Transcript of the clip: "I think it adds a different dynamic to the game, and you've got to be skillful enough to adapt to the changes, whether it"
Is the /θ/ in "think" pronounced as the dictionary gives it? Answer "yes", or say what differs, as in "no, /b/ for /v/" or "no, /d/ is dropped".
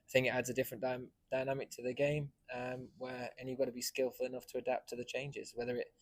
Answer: yes